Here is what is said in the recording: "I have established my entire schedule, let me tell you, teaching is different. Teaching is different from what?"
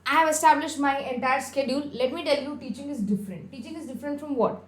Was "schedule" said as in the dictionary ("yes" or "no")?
yes